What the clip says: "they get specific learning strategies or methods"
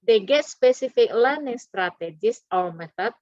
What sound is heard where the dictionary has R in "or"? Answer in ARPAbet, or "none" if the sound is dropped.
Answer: L